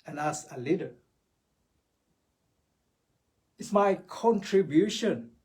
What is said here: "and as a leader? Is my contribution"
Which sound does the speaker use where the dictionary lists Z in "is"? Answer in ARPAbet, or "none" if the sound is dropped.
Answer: S